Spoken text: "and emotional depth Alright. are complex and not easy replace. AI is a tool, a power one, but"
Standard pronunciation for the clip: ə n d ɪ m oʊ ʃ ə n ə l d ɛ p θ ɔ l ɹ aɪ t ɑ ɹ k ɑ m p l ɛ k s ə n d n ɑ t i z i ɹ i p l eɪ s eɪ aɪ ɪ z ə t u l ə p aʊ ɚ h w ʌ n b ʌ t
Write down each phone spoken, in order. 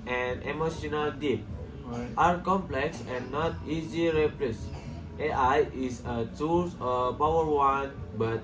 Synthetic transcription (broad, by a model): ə n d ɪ m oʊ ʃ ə n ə l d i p t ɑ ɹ k ɑ m p l ɛ k s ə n n ɑ t i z i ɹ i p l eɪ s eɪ aɪ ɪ s ə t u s ə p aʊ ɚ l w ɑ n b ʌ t